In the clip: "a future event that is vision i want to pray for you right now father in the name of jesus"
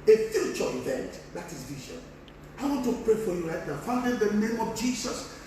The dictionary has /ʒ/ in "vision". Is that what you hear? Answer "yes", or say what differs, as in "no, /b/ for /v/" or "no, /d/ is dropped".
no, /ʃ/ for /ʒ/